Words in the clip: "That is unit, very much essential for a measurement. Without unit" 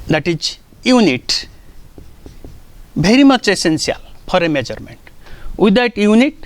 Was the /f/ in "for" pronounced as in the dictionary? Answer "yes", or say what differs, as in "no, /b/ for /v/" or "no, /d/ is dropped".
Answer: no, /p/ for /f/